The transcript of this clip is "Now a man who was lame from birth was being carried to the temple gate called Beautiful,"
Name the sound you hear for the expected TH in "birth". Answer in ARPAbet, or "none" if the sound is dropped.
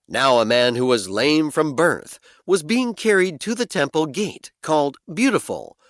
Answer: TH